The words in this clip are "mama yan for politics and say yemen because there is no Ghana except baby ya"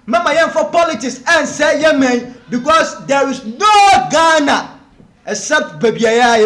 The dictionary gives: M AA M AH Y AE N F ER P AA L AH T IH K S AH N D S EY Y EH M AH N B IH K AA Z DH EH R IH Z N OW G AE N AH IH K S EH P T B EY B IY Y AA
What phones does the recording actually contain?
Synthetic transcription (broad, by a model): M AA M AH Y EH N F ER P AA L AH T IH K S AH N S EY Y EH M AH N B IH K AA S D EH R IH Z N OW G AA N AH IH S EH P T B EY B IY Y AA